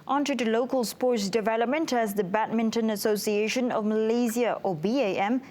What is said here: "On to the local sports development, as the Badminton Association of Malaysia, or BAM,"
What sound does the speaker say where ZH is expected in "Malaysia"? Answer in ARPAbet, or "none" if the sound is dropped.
Z